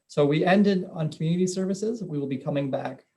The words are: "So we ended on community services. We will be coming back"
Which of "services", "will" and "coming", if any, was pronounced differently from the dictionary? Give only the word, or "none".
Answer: none